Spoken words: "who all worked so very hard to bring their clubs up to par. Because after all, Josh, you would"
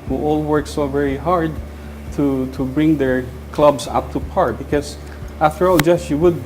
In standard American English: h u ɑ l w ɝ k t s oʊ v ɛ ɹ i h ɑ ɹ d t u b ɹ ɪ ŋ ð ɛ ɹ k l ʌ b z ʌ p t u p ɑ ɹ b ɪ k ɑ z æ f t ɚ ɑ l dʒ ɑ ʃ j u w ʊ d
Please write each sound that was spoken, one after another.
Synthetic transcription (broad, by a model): h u ɑ l w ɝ k s oʊ v ɛ ɹ i h ɑ ɹ d t u b ɹ ɪ ŋ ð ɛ ɹ k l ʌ b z ʌ p t u p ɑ ɹ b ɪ k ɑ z æ f t ɚ ɑ l dʒ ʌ s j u w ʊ d